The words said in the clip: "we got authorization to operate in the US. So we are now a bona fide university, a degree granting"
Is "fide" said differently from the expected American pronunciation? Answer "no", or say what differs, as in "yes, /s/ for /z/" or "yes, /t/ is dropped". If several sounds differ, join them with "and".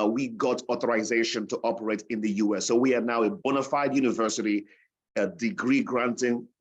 no